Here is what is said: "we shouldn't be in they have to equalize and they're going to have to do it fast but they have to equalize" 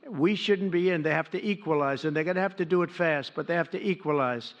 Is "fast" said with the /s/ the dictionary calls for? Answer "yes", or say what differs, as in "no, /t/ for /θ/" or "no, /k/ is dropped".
yes